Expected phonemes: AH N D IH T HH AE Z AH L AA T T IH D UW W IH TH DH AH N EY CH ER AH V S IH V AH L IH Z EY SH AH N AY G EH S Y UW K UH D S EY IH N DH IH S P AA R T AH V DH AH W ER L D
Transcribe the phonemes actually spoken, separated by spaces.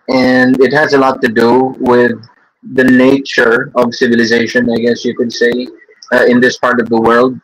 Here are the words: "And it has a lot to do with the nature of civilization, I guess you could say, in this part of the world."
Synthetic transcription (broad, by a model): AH N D IH T HH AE Z AH L AA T T IH D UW W IH DH AH N EY CH ER AH V S IH V AH L IH Z EY SH AH N AY G EH S Y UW K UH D S EY IH N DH IH S P AA R T AH V DH AH W ER L D